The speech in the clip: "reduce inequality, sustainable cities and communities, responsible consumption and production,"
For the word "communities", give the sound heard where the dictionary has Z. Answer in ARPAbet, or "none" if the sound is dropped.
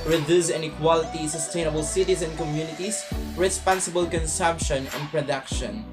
S